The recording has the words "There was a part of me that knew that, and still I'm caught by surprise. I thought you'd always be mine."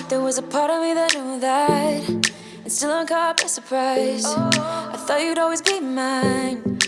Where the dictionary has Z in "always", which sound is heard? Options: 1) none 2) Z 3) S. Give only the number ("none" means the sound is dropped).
2